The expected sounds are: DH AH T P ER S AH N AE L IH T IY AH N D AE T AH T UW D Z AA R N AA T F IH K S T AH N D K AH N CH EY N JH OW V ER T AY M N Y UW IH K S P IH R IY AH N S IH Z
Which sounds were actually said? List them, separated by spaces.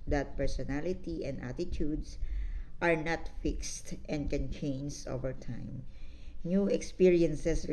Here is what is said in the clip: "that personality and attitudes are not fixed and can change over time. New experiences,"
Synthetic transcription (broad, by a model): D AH T P ER S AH N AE L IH T IY AH N D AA T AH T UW D S AA R N AA T F IH K S T AH N D K AH N CH EY N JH OW V ER T AY M N Y UW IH K S P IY R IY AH N S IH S